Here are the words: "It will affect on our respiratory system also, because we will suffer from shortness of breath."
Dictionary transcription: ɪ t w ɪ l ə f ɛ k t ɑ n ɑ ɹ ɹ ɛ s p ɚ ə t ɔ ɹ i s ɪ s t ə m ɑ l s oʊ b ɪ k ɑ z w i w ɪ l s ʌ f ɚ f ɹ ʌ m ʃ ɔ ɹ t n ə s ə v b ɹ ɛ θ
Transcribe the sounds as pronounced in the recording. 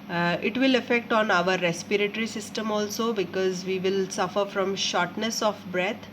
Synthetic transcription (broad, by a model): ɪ t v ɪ l ə f ɛ k t ɑ n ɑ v ɹ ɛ s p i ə t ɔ ɹ i s ɪ s t ə m ɑ l s oʊ b ɪ k ɑ z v i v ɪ l s ʌ f ɚ f ɹ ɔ m ʃ ɔ ɹ t n ə s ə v b ɹ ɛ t